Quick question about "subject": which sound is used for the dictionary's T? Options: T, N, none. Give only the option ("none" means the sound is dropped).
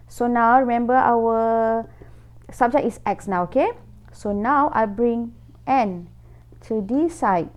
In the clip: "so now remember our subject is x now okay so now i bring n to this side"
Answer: none